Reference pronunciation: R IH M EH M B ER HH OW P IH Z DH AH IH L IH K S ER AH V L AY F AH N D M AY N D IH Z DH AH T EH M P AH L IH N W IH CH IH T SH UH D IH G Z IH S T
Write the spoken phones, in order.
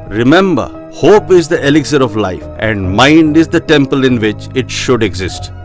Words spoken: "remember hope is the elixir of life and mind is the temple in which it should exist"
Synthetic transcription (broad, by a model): R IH M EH M B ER HH OW P IH Z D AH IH L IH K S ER AH V L AY F AH N D M AY N D IH Z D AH T EH M P AH L IH N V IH CH IH T SH UH D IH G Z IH S T